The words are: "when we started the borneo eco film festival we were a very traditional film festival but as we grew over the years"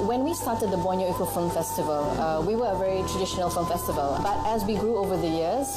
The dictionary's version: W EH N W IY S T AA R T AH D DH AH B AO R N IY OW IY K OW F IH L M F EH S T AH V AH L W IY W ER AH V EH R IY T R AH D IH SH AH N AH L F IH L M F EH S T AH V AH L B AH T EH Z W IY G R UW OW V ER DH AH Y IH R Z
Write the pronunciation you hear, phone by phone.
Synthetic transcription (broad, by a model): W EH N W IY S T AA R T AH D DH AH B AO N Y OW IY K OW F IH L M F EH S T AH V AH L W IY W ER AH V EH R IY T R AH D IH SH AH N AH L F IH L M F EH S T AH V AH L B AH T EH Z W IY G R UW OW V ER DH AH Y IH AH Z